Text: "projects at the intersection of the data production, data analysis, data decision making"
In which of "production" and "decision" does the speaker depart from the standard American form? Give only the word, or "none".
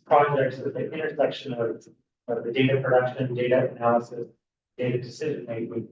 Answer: none